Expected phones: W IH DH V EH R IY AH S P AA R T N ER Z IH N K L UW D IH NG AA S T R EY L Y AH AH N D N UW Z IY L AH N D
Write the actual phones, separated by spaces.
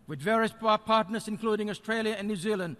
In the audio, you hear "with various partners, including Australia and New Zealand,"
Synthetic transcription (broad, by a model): W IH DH V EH R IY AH S P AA R T N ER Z IH N K L UW D IH NG AA S T R EY L Y AH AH N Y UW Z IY L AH N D